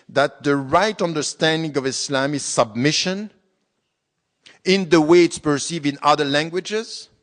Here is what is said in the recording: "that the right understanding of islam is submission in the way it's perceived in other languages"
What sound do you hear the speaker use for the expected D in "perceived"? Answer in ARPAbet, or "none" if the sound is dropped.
none